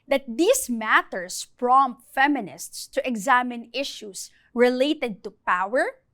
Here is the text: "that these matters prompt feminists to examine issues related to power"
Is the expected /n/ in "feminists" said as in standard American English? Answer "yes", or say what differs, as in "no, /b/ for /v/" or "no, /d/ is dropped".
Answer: yes